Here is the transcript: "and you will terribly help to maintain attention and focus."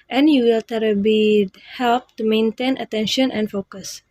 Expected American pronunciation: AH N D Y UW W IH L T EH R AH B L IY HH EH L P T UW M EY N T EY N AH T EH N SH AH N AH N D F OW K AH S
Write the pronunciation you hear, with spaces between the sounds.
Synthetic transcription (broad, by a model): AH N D Y UW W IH L T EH R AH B IY HH EH L P T UW M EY N T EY N AH T EH N SH AH N AH N D F OW K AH S